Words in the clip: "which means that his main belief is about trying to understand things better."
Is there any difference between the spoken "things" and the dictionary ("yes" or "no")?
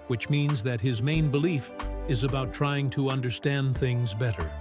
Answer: no